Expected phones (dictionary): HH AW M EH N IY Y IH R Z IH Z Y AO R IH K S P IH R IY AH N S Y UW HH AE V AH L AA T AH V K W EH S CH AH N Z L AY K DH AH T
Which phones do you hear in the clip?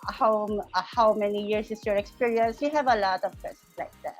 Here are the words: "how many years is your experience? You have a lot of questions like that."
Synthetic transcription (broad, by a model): HH AW M EH N IY Y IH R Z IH S Y AO R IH K S P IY R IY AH N S Y UW HH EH V AH L AA T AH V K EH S AH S L AY K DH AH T